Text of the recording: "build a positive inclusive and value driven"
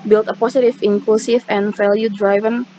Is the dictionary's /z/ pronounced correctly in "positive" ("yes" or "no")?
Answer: no